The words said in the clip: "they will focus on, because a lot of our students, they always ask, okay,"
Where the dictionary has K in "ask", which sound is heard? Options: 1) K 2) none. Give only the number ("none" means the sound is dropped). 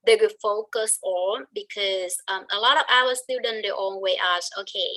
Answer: 2